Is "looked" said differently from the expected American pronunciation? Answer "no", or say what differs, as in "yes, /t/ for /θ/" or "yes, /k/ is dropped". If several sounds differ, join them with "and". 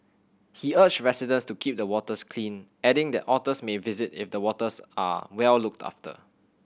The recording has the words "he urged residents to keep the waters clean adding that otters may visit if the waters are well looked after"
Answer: no